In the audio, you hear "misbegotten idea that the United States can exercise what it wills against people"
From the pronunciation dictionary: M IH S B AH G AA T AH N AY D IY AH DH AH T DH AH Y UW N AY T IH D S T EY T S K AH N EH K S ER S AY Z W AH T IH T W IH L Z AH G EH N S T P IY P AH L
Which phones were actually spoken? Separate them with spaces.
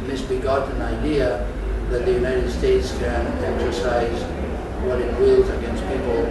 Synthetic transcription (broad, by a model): M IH S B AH G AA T N AY D IY AH DH AH T DH AH Y UW N AY T IH D S T EY T S K AH N EH K S ER S AY Z W AH T IH T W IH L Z AH G EH N S T P IY P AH L